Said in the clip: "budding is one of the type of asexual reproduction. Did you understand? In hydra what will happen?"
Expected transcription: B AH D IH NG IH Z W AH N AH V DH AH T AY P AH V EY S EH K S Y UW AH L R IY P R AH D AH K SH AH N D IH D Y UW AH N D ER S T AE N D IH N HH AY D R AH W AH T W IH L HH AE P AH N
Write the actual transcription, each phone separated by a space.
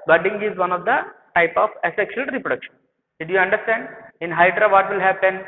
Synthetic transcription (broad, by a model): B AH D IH NG IH Z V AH N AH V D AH T AY P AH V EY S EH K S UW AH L R IY P R AH D AH K SH AH N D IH Y UW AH N D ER S T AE N D IH N HH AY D R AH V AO T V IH L HH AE P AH N